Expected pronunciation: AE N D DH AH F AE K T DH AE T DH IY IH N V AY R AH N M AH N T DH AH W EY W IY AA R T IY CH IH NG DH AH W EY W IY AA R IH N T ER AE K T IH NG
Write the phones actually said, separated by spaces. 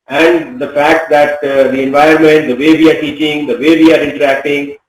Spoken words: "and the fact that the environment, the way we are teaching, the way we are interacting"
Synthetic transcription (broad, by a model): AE N D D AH F AE K T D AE T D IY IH N V AY AH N M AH N T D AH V EY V IY AA R T IY CH IH NG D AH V EY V IY AA R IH N T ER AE K T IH NG